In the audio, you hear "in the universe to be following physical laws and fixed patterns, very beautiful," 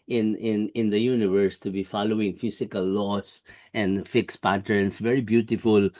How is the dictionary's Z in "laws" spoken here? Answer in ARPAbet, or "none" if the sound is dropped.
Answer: S